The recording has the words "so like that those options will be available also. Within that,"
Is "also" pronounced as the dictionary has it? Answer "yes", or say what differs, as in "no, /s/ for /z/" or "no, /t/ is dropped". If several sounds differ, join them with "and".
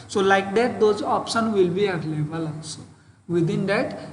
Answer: no, /l/ is dropped